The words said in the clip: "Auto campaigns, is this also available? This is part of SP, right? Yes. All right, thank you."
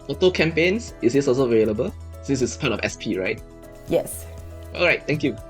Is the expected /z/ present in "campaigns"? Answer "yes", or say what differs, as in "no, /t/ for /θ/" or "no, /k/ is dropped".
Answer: no, /s/ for /z/